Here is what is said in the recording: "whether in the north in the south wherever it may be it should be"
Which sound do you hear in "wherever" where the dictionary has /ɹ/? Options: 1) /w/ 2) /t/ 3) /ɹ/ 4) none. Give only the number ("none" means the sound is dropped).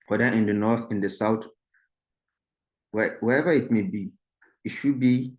1